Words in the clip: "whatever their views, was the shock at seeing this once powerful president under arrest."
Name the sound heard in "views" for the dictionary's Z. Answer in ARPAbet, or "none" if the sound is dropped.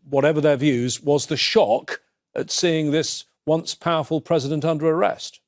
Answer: Z